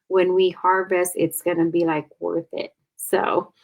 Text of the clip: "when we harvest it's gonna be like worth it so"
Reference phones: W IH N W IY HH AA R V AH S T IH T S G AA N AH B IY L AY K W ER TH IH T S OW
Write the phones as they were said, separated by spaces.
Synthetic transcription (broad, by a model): W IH N W IY HH AA R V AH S IH T S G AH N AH B IY L AY K W ER TH IH T S OW